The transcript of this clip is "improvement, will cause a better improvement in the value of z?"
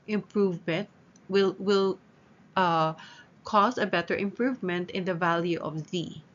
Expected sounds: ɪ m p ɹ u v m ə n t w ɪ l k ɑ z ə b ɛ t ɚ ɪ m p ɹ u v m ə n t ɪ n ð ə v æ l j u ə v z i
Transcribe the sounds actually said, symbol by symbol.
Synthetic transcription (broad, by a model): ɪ m p ɹ u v m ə n t w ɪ l k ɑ s ə b ɛ t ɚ ɪ m p ɹ u v m ə n t ɪ n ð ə v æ l j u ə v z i